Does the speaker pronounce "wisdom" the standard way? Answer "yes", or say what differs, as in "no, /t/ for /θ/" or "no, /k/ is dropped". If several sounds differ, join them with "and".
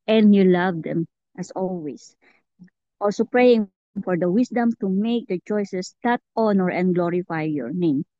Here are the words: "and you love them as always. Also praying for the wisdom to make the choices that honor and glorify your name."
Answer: no, /s/ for /z/